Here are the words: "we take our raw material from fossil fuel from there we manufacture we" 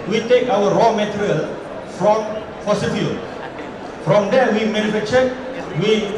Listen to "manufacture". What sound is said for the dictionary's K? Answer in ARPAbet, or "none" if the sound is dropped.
none